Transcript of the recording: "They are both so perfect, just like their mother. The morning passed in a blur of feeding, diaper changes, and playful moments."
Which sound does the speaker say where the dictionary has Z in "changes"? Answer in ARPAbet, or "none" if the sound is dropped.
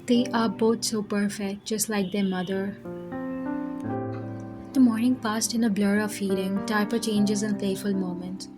Z